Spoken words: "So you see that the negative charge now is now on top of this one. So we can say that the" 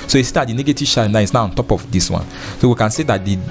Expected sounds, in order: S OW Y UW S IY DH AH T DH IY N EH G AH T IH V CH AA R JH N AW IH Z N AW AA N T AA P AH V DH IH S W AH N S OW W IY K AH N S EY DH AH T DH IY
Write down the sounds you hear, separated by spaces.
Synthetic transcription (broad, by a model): S OW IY S IY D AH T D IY N EH G AH T IH V SH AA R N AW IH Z N AW AA N T AA P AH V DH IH S W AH N S OW W IY K AH N S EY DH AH T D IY